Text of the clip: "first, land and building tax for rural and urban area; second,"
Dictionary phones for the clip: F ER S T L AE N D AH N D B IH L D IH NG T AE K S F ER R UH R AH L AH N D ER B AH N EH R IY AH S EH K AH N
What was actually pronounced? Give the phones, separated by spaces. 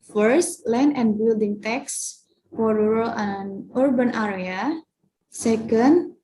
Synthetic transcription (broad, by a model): F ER S T L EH N AH N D B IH L D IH NG T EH K S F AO R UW R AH L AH N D B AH N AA R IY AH S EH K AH N